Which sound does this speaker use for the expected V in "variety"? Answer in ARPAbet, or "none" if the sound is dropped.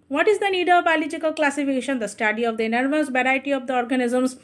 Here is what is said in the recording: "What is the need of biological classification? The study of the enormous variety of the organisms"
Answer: B